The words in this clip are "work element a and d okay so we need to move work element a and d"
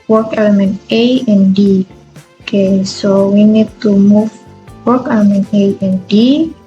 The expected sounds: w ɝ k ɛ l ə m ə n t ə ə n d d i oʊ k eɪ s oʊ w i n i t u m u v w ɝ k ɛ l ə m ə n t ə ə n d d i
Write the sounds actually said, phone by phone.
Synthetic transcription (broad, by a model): w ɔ k ɛ l ə m ə n t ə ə n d d i k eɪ s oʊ w i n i t u m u f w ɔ k ɛ l ə m ə n t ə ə n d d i